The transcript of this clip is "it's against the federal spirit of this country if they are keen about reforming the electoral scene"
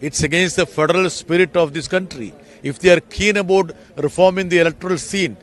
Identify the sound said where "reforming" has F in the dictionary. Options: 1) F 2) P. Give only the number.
1